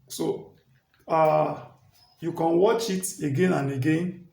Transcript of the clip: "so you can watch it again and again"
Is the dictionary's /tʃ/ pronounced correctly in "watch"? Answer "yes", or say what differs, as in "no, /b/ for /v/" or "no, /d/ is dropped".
yes